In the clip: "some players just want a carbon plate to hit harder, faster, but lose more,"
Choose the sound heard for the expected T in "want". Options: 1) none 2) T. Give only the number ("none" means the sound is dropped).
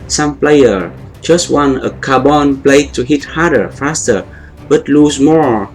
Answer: 1